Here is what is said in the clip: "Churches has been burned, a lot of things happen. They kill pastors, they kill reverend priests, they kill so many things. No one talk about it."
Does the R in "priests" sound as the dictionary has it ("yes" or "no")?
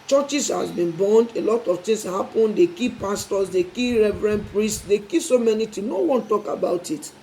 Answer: yes